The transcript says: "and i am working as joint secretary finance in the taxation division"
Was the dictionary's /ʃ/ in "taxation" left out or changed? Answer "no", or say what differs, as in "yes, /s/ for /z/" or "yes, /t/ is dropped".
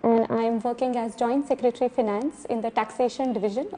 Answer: no